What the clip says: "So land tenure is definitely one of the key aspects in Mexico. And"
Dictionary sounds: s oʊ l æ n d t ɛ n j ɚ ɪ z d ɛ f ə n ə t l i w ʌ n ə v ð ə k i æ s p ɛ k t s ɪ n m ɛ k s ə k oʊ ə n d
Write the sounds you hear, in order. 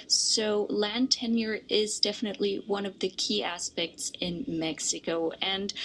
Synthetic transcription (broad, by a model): s oʊ l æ n t ɛ n j ɚ ɪ z d ɛ f ə n ə t l i w ʌ n ə v ð ə k i æ s p ɛ k t s ɪ n m ɛ k s ə k oʊ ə n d